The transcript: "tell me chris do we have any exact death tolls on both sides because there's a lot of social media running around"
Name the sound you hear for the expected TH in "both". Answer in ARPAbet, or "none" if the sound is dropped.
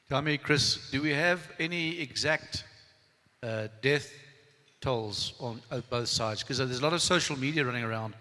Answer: TH